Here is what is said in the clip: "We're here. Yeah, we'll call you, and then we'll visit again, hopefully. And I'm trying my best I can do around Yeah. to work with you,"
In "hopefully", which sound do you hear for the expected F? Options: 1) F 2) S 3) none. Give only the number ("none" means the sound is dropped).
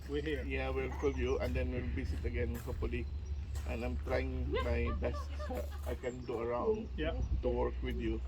3